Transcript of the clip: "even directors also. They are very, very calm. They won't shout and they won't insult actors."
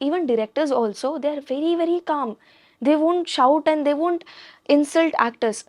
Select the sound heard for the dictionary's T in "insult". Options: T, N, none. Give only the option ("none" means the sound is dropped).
T